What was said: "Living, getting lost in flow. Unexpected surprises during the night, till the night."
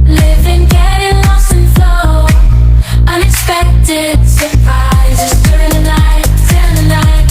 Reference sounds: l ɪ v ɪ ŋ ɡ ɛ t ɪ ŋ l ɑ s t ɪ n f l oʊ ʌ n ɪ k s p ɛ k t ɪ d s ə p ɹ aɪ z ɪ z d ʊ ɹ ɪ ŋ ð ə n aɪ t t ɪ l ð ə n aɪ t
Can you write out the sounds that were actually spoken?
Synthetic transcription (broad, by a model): l ɪ v ɪ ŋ ɡ ɛ t ɪ ŋ l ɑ s ɪ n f oʊ ʌ n ɪ k s p ɛ k t ɪ d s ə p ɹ aɪ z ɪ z d ʊ ɹ ɪ ŋ ð ə n aɪ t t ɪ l ð ə n aɪ t